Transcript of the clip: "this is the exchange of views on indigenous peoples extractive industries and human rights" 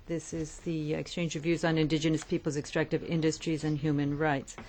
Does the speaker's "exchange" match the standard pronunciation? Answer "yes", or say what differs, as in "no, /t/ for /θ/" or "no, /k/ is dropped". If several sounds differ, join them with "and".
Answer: yes